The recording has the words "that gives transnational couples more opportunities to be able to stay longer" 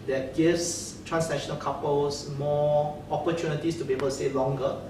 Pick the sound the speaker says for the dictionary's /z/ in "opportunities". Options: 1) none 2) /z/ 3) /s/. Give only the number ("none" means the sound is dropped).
3